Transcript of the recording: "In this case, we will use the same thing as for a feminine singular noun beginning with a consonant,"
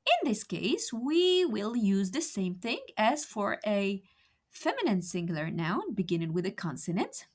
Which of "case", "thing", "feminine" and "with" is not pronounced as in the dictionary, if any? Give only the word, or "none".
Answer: none